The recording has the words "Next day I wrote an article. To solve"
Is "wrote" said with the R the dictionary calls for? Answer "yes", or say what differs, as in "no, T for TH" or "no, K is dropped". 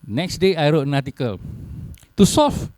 yes